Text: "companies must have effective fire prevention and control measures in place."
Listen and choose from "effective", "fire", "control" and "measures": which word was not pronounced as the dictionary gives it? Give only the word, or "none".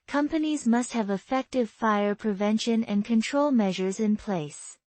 none